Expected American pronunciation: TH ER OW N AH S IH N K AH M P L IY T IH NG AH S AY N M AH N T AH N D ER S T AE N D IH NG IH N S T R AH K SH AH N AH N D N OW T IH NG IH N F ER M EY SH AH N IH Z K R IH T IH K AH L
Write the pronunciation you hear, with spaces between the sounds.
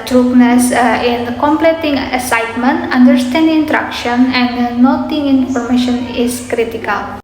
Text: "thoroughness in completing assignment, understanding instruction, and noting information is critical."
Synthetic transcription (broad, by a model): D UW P N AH S IH N K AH M P L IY T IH NG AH S AY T M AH N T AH N D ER S T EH N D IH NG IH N T R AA K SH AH N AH N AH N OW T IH NG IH N F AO M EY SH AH N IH S K R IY T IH K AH L